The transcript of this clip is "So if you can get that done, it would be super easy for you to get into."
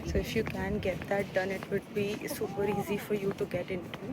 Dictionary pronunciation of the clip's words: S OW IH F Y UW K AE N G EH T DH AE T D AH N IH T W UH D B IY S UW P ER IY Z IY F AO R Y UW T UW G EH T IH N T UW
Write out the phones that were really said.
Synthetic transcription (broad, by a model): S OW IH F Y UW K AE N G EH T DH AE T D AH N IH T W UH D B IY S UW P ER IY Z IY F AO R Y UW T UW G EH T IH N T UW